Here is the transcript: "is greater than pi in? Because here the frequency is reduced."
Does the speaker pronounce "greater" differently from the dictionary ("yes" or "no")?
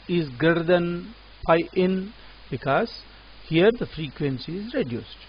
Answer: yes